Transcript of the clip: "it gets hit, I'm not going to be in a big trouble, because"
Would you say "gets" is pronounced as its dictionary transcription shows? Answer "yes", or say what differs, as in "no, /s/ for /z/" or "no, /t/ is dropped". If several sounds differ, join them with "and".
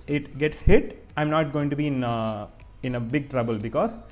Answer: yes